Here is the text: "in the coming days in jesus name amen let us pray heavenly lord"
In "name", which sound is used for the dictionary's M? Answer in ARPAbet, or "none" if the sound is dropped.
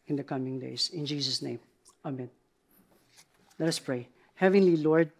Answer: M